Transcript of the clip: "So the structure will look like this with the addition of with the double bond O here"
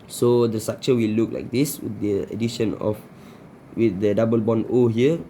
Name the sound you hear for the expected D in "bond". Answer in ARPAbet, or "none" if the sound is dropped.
none